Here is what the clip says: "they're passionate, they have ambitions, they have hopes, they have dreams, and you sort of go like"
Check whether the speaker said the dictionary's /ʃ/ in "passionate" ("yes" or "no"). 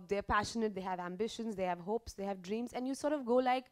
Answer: yes